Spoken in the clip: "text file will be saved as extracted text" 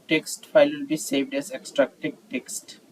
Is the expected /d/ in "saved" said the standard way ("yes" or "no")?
yes